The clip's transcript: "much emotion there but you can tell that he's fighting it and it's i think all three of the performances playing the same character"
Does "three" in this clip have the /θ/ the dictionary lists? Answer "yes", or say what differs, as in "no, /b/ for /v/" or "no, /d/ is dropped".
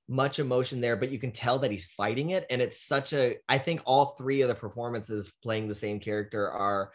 yes